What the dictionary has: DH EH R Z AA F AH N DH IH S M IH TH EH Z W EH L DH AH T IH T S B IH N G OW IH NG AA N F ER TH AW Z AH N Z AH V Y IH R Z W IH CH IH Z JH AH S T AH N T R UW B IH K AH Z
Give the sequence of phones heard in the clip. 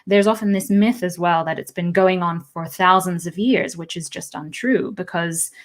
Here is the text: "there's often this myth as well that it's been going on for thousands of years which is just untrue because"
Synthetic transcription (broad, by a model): DH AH R Z AA F AH N DH IH S M IH TH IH Z W EH L DH AH T IH T S B IH N G OW IH NG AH N F ER TH AW Z AH N Z AH V Y IH R Z W IH CH IH Z JH AH S T AH N T R UW B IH K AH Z